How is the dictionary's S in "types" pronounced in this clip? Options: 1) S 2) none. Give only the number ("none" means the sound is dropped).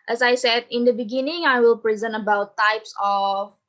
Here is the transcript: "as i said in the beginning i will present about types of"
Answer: 1